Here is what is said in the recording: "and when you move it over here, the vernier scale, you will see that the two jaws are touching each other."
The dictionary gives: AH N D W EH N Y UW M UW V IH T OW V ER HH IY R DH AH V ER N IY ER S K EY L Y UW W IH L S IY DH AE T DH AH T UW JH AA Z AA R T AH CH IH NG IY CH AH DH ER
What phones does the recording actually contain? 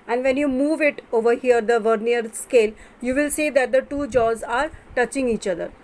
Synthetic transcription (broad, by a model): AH N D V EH N Y UW M UW V IH T OW V ER HH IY R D AH V ER N IY ER S K EY L Y UW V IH L S IY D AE T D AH T UW JH AA Z AA R T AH CH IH NG IY CH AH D ER